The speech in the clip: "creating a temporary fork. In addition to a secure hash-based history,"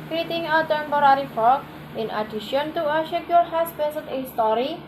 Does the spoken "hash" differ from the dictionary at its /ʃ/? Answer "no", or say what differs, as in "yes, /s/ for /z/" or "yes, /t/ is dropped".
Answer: yes, /s/ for /ʃ/